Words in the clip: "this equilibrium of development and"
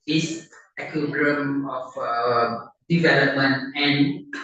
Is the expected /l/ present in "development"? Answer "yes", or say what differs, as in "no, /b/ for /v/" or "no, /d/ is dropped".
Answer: yes